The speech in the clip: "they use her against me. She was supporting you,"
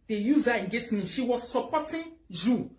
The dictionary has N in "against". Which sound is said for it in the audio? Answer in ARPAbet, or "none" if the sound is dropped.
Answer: none